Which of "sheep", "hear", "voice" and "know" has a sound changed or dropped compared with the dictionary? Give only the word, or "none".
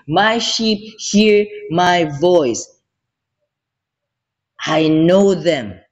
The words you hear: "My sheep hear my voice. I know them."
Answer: none